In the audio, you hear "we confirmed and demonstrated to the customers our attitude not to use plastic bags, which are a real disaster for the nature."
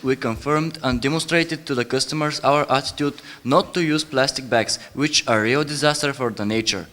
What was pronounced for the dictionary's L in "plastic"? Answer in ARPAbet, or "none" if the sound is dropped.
L